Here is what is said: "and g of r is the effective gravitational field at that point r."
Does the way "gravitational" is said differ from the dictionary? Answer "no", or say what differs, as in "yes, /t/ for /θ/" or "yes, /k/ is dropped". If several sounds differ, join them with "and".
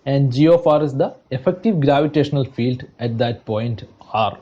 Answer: no